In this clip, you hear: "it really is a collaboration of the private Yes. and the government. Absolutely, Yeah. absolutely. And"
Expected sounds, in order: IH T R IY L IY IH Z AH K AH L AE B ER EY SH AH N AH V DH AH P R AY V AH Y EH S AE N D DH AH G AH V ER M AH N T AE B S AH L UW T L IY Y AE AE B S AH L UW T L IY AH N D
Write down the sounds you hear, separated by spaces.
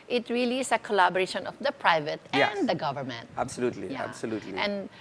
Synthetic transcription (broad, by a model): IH T R IY L IY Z AH K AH L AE B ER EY SH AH N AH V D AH P R AY V AH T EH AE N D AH G AH V ER M AH N T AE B S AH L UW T L IY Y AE AE B S AH L UW T L IY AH N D